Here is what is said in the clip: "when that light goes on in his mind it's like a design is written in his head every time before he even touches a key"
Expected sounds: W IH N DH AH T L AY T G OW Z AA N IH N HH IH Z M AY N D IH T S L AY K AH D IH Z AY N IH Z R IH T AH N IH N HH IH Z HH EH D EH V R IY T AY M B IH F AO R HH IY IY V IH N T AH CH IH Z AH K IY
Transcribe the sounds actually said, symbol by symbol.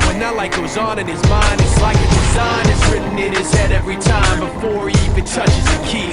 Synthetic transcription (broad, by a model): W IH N DH AH T L AY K G OW Z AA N IH N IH Z M AY N D IH T S L AY K AH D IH Z AY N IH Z R IH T N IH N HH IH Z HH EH D EH V R IY T AY M B IH F AO R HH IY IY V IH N T AH CH IH Z AH K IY